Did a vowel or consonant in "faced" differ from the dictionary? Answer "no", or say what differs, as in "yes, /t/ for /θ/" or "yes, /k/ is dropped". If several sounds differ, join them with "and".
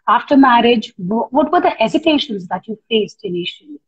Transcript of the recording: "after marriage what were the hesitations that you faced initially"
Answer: no